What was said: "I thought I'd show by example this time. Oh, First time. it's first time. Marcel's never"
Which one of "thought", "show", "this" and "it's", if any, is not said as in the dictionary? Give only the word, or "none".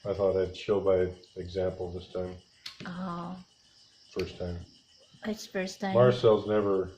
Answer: none